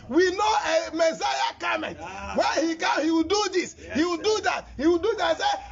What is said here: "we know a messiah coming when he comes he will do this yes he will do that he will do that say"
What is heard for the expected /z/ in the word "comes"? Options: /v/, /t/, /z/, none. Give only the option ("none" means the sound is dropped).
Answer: none